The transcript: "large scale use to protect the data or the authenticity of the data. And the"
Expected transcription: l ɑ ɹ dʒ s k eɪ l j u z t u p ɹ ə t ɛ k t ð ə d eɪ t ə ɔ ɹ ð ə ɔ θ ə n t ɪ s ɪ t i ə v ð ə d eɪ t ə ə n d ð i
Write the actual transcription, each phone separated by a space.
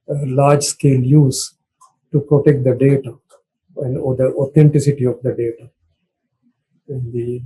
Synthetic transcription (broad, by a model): l ɑ ɹ dʒ s k eɪ l j u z t u p ɹ ə t ɛ k t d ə d eɪ t ə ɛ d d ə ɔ t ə n t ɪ s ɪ t i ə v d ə d eɪ t ə ə n d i